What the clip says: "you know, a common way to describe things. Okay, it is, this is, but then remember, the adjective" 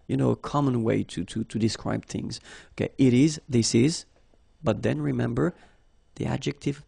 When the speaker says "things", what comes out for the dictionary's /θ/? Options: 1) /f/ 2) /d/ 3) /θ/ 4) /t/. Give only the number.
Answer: 3